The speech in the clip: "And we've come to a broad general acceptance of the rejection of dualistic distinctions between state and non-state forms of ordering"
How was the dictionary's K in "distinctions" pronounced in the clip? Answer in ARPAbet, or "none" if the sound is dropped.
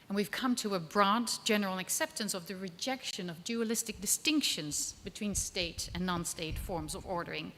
K